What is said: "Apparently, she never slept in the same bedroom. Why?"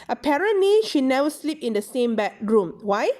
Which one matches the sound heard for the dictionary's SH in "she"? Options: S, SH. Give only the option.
SH